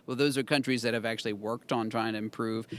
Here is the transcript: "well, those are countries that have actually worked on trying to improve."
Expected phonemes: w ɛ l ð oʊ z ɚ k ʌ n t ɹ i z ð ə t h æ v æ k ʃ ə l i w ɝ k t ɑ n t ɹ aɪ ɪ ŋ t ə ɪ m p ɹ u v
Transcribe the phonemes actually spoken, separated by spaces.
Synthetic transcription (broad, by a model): w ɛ l ð oʊ z ɚ k ʌ n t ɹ i z ð ə t h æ v æ k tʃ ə l i w ɝ k t n t ɹ aɪ ɪ ŋ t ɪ m p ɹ u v